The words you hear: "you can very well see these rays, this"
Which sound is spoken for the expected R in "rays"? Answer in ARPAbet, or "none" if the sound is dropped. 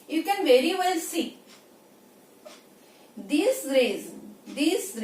R